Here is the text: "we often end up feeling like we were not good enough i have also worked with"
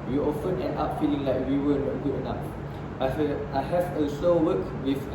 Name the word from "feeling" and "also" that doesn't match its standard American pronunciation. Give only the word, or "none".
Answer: also